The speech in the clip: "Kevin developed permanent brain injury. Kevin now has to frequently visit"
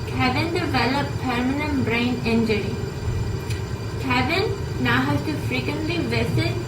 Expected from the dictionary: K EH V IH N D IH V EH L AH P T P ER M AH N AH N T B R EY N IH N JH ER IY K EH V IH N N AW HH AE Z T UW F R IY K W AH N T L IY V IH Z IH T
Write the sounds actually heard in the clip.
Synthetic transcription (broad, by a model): K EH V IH N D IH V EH L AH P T P ER M AH N AH N T B R EY N IH N JH ER IY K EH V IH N N AW HH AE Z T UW F R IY K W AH N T L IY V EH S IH